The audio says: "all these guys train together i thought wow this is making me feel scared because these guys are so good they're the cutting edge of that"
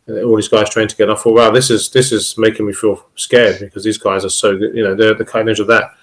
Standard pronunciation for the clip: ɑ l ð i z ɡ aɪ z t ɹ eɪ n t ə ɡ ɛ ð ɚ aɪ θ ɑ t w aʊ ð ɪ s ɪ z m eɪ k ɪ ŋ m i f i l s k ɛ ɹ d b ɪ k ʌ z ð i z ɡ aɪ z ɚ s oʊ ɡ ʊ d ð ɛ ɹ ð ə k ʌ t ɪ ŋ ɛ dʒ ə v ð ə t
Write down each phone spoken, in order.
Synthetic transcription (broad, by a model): ɑ l ð i z ɡ aɪ z t ɹ eɪ n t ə ɡ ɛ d aɪ f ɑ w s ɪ ð ɪ s ɪ z m eɪ k ɪ ŋ m i f i l s k ɛ ɹ d b ɪ k ʌ z ð i z ɡ aɪ z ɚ s oʊ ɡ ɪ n ð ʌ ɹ ð ə k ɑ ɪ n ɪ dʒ ə v ð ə t